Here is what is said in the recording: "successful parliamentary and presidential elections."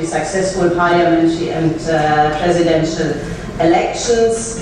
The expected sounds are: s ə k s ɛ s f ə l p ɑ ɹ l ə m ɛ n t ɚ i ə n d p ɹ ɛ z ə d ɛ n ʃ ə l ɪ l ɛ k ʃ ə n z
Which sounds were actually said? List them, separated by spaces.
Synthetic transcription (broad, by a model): s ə k s ɛ s f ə l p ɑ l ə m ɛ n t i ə n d p ɹ ɛ z ə d ɛ n ʃ ə l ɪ l ɛ k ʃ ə n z